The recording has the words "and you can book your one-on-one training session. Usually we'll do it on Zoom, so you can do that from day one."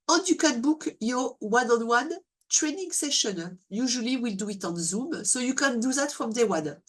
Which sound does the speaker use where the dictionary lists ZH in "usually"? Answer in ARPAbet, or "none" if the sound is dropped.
ZH